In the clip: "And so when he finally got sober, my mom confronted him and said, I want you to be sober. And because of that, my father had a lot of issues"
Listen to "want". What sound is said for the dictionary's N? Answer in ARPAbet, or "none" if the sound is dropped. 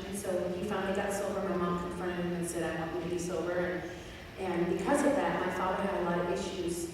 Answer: none